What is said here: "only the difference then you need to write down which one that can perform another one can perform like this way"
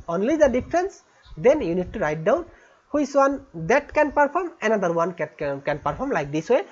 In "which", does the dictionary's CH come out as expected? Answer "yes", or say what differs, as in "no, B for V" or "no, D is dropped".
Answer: no, S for CH